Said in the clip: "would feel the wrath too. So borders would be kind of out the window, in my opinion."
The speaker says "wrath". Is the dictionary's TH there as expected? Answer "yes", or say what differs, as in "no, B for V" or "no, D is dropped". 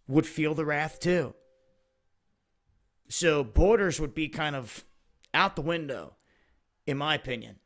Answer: yes